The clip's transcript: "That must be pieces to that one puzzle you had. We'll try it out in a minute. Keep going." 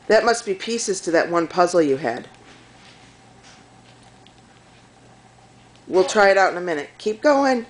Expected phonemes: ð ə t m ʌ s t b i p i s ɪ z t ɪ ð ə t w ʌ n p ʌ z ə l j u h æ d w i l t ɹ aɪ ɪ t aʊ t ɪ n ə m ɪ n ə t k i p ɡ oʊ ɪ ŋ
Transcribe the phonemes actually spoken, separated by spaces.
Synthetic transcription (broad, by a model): ð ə t m ʌ s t b i p i s ɪ z t ɪ ð ə t w ʌ n p ʌ z l j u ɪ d w i l t ɹ aɪ ɪ t aʊ t ɪ n ə m ɪ n ə t k i p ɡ oʊ ɪ ŋ